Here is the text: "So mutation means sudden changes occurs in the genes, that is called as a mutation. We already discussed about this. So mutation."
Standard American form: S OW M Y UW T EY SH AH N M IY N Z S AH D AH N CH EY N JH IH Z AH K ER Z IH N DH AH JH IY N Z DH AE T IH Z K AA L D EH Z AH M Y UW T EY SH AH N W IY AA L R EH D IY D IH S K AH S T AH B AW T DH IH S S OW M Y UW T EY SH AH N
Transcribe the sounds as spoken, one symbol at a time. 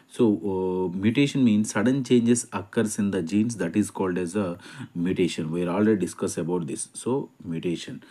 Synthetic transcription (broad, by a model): S OW M Y UW T EY SH AH N M IY N S AH D AH N CH EY N JH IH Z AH K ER S IH N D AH JH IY N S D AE T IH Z K AA L D EH Z AH M Y UW T EY SH AH N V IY AA L R EH D IY D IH S K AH S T AH B AW T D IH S S OW M Y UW T EY SH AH N